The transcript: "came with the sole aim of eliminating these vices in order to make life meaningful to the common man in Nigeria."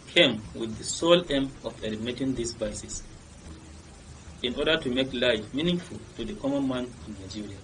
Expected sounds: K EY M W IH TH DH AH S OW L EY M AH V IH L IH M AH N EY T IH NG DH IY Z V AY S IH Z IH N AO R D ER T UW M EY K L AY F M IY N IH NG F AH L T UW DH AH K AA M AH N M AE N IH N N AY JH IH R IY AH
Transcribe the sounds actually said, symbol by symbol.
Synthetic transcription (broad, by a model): K EY M W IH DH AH S OW L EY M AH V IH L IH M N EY T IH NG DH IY S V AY S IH S IH N AO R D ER T UW M EY K L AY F M IY N IH NG F AH L T UW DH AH K AA M AH N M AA N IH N N AY JH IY R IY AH